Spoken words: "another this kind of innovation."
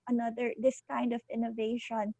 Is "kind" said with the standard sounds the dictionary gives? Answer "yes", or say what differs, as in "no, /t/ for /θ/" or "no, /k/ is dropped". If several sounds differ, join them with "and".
yes